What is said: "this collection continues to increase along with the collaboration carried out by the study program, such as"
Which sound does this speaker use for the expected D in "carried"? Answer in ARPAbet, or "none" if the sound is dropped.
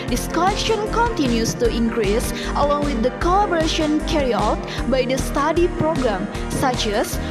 none